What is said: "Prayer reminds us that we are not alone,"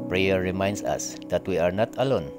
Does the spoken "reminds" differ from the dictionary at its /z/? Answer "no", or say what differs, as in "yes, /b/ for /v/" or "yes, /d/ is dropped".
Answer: yes, /s/ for /z/